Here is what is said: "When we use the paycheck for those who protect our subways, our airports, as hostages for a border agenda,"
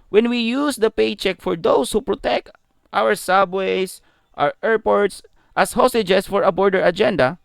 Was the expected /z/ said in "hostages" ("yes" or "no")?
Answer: no